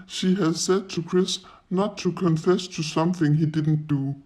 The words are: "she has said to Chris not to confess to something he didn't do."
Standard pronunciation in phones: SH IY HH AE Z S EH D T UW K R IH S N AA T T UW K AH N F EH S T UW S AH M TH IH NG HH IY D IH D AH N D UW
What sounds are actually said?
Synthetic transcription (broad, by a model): SH IY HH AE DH S EH D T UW K R IH S N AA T T UW K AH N F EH S T UW S AH M TH IH NG HH IY D IH D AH N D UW